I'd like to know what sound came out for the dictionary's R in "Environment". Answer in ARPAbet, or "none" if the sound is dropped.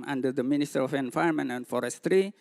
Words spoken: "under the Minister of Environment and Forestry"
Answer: none